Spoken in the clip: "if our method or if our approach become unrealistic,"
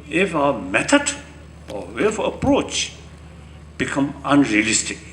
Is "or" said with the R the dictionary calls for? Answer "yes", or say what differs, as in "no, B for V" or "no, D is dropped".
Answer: no, W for R